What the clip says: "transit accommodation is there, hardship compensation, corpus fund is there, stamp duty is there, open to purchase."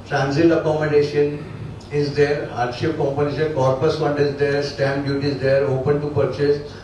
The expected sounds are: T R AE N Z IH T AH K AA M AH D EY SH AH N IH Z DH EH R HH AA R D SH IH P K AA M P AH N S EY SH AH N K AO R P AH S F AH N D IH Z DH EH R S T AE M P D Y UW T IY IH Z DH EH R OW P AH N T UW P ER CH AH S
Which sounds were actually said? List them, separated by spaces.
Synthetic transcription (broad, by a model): T R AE N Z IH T AH K AA M AH D EY SH AH N IH Z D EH R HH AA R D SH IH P K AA M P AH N EY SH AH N K AO R P AH S F AH N D IH Z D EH R S T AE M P D Y UW T IY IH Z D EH R OW P AH N T UW P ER CH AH S